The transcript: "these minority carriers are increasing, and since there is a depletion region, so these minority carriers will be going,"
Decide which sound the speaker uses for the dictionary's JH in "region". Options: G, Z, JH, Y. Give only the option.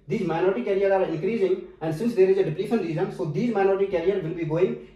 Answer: Z